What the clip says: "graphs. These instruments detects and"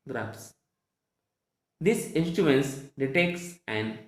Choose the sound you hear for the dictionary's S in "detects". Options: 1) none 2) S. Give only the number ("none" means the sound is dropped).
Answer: 2